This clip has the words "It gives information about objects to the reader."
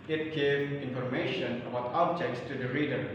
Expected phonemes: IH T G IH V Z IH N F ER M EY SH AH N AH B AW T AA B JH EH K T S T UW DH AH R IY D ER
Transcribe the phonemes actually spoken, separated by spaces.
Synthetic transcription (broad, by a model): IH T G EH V IH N F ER M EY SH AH N AH B AW T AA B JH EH K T S T UW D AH R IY D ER